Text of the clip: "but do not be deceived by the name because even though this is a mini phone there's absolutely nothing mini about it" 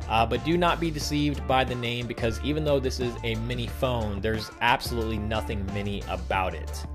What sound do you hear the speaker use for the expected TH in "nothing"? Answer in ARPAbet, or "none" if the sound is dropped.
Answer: TH